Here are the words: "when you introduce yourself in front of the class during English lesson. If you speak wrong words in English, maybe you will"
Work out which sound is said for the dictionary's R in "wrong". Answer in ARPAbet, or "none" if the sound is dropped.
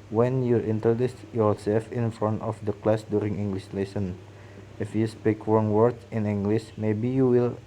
W